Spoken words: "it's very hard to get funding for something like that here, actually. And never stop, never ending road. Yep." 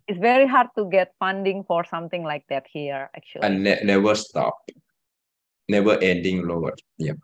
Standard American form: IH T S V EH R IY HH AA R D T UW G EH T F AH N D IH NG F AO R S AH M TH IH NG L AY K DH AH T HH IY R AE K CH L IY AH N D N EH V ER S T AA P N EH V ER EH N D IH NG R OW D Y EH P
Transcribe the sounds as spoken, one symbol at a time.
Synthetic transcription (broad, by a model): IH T S V EH R IY HH AA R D T UW G EH T F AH N D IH NG F AO R S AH M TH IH NG L AY K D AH T HH IY R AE K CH IY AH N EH N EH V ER S T AA P N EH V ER EH N D IH NG L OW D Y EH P